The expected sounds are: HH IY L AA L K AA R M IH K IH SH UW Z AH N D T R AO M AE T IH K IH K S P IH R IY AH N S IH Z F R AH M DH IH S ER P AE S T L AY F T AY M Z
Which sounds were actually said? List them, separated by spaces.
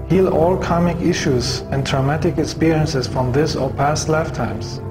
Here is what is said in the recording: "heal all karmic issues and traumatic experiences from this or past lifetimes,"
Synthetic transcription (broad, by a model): HH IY L AA L K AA M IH K IH SH UW Z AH N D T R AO M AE T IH K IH K S P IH R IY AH N S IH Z F R AH M DH IH S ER P AE S T L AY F T AY M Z